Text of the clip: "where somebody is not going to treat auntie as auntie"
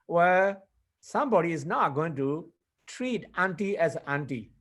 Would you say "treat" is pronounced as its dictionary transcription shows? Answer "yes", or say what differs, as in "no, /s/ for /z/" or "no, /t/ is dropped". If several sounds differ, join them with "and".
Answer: yes